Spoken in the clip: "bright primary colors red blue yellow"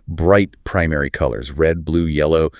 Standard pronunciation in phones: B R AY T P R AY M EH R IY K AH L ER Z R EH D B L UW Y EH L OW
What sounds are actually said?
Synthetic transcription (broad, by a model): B R AY T P R AY M EH R IY K AH L ER Z R EH D B L UW Y EH L OW